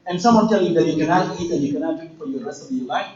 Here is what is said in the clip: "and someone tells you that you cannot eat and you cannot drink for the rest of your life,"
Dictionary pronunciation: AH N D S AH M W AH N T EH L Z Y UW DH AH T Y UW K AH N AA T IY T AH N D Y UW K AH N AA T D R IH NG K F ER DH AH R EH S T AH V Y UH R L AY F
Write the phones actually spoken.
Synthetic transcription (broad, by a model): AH N S AH M W AH N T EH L Y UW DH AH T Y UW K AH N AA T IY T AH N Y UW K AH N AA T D IH K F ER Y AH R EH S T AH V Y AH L AY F